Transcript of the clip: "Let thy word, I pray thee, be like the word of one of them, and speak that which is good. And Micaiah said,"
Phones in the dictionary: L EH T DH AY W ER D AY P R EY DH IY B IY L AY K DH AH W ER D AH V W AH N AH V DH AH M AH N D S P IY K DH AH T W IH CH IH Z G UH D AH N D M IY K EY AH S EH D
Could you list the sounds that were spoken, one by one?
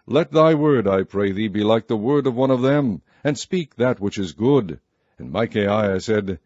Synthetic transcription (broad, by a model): L EH T DH AY W ER D AY P R EY DH IY B IY L AY K DH AH W ER D AH V W AH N AH V DH AH M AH N S P IY K DH AH T W IH CH IH Z G UH D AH N M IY K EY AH S EH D